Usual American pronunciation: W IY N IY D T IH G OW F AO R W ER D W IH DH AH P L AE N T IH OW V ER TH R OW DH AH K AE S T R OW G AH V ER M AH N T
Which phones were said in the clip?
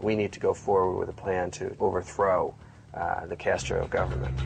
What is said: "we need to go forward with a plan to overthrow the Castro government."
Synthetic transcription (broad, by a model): W IY N IY D T IH G OW F AO R W ER D W IH DH AH P L AE N T IH OW V ER TH R OW DH AH K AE S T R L G AH V ER M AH N T